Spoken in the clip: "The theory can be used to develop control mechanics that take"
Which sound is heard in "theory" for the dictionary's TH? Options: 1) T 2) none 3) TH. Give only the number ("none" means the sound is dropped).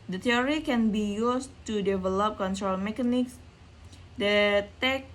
1